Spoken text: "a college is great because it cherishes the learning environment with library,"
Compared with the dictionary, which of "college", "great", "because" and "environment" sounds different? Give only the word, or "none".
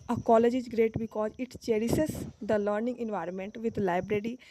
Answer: none